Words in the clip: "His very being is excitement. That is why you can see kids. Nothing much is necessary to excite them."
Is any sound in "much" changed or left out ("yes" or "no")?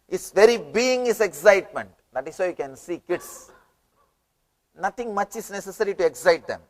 no